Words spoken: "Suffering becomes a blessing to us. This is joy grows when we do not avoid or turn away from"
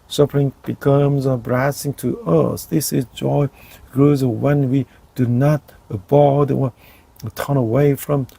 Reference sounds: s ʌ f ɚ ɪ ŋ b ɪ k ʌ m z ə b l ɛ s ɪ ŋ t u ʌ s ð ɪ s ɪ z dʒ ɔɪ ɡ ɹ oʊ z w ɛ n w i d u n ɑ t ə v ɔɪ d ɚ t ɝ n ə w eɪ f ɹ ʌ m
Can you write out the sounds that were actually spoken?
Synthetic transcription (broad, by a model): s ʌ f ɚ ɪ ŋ b ɪ k ʌ m z ə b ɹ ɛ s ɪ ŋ t u ʌ s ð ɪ s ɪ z dʒ ɔɪ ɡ ɹ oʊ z w ɛ n w i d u n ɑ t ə b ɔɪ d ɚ t ɝ n ə w eɪ f ɹ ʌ m